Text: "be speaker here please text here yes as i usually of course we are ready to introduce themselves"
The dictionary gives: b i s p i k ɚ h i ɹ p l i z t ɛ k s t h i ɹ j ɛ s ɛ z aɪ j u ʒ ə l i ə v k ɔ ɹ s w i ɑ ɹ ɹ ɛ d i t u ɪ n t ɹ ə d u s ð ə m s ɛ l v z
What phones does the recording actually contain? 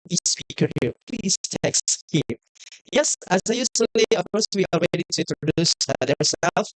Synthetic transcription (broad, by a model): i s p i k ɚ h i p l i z t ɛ k s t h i j ɛ s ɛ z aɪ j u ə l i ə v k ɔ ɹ s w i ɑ l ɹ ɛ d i t u ɪ n t ɹ ə d u s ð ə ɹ s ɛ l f